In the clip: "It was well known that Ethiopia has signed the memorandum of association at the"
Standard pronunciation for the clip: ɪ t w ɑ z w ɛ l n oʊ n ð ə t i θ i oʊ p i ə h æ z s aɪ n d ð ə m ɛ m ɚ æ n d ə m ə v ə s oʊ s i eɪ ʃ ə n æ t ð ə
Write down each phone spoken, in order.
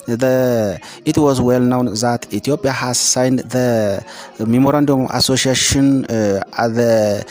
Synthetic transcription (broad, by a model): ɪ t w ɑ z w ɛ l n oʊ n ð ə t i t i oʊ p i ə h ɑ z s aɪ n d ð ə m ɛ m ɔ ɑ n d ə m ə s oʊ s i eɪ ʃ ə n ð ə